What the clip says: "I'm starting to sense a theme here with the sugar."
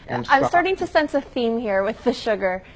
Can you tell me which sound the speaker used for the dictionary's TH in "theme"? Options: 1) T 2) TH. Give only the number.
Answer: 2